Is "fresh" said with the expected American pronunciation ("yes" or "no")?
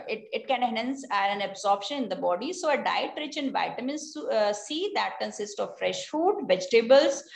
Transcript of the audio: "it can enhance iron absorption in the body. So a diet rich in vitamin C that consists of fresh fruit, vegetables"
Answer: yes